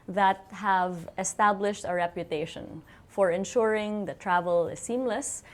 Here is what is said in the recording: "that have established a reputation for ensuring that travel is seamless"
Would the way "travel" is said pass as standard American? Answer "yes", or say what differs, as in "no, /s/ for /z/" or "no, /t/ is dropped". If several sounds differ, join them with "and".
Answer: yes